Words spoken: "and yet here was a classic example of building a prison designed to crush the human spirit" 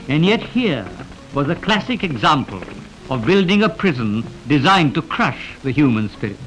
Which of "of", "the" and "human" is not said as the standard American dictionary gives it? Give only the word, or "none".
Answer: none